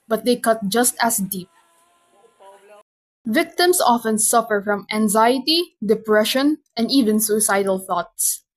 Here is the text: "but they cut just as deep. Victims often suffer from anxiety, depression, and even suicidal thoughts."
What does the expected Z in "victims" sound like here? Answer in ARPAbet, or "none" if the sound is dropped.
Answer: S